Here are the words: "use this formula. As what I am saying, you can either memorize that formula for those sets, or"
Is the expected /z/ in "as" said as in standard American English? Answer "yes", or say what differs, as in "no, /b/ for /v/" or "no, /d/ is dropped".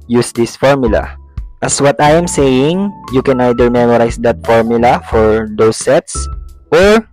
no, /s/ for /z/